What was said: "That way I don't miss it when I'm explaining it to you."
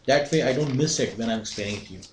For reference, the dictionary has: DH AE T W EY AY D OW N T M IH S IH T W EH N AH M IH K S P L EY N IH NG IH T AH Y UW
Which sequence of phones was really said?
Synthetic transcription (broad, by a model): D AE T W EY AY D OW N T M IH S IH T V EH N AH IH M S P EY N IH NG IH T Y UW